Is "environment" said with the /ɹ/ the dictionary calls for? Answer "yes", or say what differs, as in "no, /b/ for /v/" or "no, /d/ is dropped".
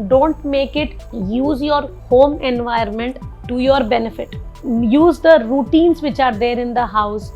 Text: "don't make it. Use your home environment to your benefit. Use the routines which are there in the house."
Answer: no, /ɹ/ is dropped